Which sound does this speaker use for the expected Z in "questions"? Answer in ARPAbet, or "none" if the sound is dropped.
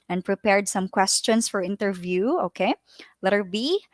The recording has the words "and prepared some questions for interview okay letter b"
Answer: S